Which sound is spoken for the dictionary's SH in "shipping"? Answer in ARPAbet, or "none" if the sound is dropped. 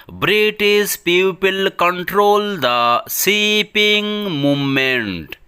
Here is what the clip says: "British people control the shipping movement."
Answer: S